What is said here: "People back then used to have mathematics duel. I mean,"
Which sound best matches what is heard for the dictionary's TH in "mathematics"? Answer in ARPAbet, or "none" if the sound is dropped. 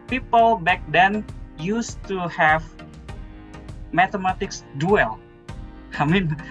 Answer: T